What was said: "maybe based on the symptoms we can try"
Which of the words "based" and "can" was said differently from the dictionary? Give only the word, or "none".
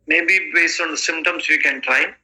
based